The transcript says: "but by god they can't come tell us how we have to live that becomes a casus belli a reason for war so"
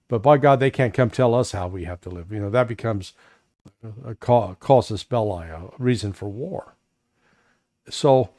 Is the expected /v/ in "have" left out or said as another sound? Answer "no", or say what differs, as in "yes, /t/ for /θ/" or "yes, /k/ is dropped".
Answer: yes, /f/ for /v/